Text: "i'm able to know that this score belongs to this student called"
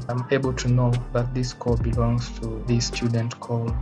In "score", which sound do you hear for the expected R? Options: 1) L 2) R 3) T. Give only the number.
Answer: 1